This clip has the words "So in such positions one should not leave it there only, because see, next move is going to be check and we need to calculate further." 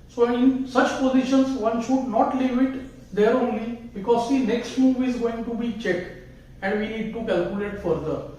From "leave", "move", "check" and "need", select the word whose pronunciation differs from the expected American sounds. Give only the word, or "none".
none